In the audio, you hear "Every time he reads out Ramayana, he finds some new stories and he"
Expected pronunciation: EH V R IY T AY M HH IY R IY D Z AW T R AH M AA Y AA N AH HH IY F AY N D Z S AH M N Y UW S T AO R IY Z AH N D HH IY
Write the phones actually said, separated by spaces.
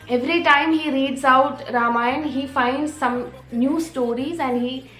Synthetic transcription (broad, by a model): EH V R IY T AY M HH IY R IY D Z AW T R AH M AA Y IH N HH IY F AY N D Z S AH M N Y UW S T AO R IY Z AH N D HH IY